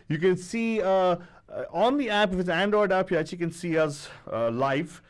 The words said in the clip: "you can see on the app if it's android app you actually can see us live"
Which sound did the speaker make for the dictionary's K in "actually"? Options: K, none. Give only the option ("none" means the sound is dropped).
none